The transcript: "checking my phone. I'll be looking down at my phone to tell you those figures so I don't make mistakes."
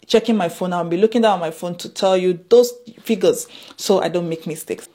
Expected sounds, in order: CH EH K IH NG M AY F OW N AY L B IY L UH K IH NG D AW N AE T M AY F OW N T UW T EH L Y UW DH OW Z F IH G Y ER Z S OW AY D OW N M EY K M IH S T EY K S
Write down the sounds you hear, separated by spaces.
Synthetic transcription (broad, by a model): CH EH K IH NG M AY F OW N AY N B IY L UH K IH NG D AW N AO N M AY F OW N T UW T EH L Y UW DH OW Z F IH G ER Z S OW AY D OW N M EY K M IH S T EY K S